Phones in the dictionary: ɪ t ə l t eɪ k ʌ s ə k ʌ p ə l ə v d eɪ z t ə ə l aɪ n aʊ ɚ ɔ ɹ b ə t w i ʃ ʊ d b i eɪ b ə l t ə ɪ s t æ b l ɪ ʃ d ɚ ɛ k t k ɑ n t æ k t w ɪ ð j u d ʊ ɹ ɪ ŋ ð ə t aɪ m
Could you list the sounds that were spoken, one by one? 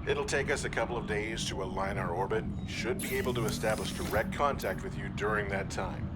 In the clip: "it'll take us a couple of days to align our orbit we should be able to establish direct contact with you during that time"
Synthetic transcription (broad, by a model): ɪ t l t eɪ k ʌ s ə k ʌ p l ə v d eɪ z t ə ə l aɪ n aʊ ɚ ɔ ɹ b ə t ʃ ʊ d b i eɪ b l t ə ɪ s t æ b l ɪ ʃ d ɚ ɛ k t k ɑ n t æ k t w ɪ ð j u d ʊ ɹ ɪ ŋ ð ə t aɪ m